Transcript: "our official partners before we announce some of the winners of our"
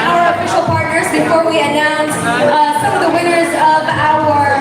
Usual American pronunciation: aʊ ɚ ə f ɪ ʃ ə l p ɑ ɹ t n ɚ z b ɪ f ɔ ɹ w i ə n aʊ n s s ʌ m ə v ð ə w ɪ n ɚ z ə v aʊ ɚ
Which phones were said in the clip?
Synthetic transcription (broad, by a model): aʊ ɚ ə f ɪ ʃ l p ɑ ɹ t n ɚ z b ɪ f ɔ ɹ w i ə n aʊ n s s ʌ m ə v ð ə w ɪ n ɚ z ə v aʊ ɚ